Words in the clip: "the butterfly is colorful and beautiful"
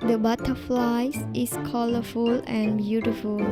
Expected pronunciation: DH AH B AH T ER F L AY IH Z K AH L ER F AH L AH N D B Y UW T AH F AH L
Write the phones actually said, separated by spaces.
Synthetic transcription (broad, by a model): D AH B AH T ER F L AY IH S K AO L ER F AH L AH N B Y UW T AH F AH L